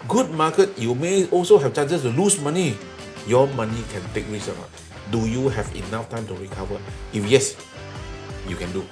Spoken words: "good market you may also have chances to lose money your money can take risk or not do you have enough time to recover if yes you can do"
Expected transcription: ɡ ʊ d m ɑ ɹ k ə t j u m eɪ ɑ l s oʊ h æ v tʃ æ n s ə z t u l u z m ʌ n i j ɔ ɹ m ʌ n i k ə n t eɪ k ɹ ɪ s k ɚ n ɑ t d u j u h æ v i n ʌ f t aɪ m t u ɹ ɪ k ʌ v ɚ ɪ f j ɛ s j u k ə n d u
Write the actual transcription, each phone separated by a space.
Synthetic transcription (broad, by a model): ɡ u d m ɑ k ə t j u m eɪ ɑ l s oʊ h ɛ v tʃ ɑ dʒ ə s t u l u s m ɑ n i j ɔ m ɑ n i k ə n t eɪ k ɹ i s ɚ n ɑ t d u j u h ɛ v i n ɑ f t aɪ m t u ɹ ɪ k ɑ v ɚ ɪ f j ɛ s j u k ə n d u